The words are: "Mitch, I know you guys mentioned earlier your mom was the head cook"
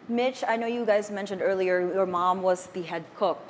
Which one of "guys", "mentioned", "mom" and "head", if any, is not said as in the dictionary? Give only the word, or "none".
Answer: none